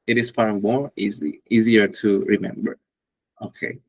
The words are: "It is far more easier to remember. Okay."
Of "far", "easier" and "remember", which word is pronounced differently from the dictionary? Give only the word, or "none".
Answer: far